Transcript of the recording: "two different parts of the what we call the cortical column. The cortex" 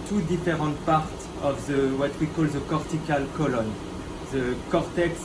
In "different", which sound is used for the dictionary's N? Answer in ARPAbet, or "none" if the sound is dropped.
none